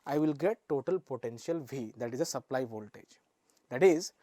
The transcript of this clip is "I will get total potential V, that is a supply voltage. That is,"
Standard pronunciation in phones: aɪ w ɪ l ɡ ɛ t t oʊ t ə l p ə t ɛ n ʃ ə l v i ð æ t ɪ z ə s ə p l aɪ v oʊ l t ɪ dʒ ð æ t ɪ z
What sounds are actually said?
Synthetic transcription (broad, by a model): aɪ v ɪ l ɡ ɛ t t oʊ t ə l p ə t ɛ n ʃ ə l v i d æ t ɪ z ə s ə p l aɪ v oʊ l t ɪ dʒ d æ t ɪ z